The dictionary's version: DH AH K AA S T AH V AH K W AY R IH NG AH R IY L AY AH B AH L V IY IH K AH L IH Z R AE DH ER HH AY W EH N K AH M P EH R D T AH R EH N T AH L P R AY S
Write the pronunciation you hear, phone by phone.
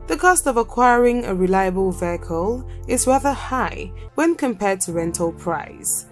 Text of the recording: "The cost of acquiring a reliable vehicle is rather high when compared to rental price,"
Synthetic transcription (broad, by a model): DH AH K AA S T AH V AH K W AY R IH NG AH R IY L AY AH B AH L V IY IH K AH L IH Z R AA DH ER HH AY W EH N K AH M P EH D T AH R EH N T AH L P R AY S